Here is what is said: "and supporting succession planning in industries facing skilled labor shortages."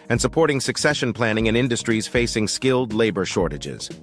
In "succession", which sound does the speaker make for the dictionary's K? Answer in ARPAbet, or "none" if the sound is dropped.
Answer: K